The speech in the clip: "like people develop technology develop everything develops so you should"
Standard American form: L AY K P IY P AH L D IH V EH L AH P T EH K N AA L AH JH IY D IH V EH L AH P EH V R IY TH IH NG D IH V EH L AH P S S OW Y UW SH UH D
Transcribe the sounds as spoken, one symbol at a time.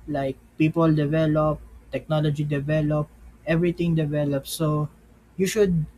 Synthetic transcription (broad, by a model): L AY K P IY P AH L D IH V EH L AH P T EH K N AA L AH JH IY D IH V EH L AH P EH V R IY T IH NG D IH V EH L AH P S S OW Y UW SH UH D